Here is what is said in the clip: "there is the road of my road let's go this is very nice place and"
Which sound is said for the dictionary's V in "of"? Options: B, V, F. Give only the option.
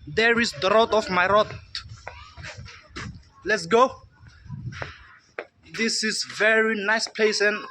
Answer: F